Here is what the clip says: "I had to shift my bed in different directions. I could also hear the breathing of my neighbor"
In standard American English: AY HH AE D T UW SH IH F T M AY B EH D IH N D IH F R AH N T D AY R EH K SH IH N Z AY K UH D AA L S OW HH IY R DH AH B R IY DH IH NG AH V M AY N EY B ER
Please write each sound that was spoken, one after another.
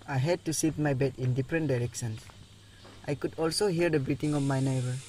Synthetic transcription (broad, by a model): AY HH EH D T UW S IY T M AY B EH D IH N D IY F R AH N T D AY R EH K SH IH N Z AY K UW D AA L S OW HH IY R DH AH B R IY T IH NG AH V M AY N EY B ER